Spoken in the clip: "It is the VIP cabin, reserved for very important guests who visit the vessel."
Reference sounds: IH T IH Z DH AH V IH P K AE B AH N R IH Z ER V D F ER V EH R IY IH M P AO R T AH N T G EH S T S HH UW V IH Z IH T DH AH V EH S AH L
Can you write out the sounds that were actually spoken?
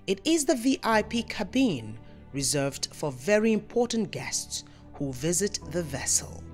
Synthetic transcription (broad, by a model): IH T IH Z DH AH V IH P K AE B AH N R IH Z ER V D F ER V EH R IY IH M P AO R T N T G EH S T S HH UW V IH Z IH T DH AH V EH S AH L